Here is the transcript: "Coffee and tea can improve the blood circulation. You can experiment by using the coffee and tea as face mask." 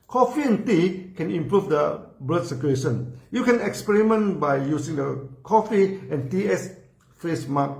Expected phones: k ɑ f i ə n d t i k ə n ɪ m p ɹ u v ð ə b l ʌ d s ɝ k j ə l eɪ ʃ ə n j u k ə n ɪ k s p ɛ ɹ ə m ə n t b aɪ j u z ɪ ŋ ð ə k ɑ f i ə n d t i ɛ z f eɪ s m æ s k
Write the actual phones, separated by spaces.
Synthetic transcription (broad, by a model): k ɑ f i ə n t i k ə n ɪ m p ɹ u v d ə b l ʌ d s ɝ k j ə eɪ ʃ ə n j u k ə n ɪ k s p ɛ ɹ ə m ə n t b aɪ j u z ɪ ŋ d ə k ɑ f i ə n t i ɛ s f eɪ s m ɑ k